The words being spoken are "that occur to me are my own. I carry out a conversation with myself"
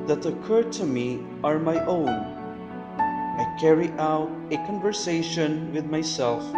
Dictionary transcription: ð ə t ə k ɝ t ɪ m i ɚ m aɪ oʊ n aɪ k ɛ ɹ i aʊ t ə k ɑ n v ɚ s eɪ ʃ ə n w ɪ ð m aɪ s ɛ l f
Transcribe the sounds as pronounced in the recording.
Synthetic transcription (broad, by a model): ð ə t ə k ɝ t ɪ m i ɚ m aɪ oʊ n aɪ k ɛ ɹ i aʊ t ə k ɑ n v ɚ s eɪ ʃ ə n w ɪ ð m aɪ s ɛ l f